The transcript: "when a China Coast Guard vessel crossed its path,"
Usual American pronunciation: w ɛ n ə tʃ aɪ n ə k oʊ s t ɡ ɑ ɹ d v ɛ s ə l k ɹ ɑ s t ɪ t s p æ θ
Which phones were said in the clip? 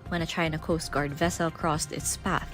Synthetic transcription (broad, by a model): w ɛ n ə tʃ aɪ n ə k oʊ s t ɡ ɑ ɹ d v ɛ s ə l k ɹ ɑ s t ɪ t s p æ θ